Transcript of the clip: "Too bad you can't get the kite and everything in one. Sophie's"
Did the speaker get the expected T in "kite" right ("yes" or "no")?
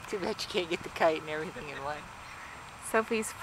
no